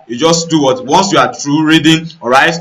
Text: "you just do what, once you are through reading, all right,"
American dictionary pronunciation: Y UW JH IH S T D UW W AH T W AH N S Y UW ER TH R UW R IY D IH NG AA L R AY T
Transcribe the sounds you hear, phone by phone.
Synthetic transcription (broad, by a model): Y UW JH IH S T D UW W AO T W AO N S Y UW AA T R UW R IY D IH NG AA R AY T